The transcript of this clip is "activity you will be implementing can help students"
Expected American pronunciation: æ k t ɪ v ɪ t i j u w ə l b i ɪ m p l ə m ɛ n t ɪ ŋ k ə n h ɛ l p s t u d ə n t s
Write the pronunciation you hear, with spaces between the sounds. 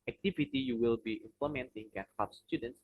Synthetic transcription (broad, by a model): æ k t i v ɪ t i j u w ə l b i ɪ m p l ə m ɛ n t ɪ ŋ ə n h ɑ p s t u d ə n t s